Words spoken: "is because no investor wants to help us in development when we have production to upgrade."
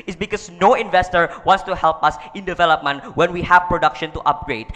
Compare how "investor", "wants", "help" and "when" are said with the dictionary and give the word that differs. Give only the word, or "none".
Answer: none